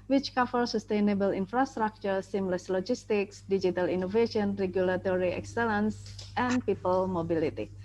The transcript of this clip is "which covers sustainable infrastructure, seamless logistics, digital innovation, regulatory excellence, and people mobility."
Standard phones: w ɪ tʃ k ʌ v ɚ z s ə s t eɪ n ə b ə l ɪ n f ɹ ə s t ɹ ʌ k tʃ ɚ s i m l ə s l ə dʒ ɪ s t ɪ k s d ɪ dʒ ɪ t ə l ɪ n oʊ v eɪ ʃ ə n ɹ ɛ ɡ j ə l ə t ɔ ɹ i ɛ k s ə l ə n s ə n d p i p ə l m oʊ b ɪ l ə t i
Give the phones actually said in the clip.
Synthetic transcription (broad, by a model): w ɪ tʃ k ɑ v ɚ s ə s t eɪ n ə b ə l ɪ n f ɹ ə s t ɹ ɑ k tʃ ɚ s i m l ə s l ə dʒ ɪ s t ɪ k s d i dʒ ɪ t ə l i n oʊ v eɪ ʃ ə n ɹ ɛ ɡ j ə l ə t ɔ ɹ i ɛ k s ə l ə n s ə n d p i p ə l m oʊ b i l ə t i